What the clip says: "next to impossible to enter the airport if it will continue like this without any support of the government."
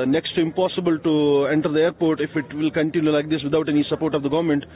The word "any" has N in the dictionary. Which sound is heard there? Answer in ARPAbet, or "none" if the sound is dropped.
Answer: N